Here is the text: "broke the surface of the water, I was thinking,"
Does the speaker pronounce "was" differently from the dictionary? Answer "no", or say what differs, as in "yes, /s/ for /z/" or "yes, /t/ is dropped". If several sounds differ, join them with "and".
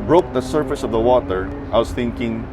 yes, /s/ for /z/